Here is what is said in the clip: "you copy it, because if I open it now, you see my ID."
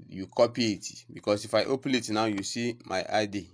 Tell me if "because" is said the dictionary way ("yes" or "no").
no